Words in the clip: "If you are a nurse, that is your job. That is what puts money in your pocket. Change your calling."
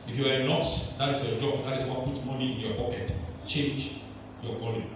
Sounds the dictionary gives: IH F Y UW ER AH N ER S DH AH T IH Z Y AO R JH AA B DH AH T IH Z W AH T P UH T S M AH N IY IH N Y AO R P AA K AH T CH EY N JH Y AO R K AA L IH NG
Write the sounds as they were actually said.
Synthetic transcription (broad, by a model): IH F Y UW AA AH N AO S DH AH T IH S Y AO JH AA B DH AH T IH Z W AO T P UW T M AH N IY IH N Y AO P AA K AH T CH EY N JH Y AO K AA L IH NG